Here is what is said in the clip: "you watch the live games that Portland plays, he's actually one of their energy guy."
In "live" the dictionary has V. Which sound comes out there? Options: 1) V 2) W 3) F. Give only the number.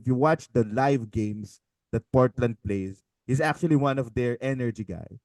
1